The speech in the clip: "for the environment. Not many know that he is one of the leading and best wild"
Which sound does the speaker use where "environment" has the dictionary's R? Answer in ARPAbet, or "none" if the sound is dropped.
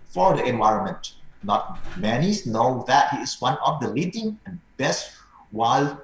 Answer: R